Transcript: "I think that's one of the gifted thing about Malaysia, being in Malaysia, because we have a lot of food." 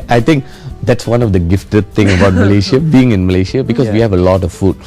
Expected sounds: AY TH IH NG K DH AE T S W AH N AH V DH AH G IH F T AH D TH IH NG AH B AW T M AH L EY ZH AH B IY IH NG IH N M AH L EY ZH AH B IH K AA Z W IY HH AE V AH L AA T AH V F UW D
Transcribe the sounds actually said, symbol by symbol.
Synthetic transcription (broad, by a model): AY T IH NG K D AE T S W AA N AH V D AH G IH F T AH D T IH NG AH B AW T M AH L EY SH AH B IY IH NG IH N M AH L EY SH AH B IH K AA S W IY HH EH V AH L AA T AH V F UW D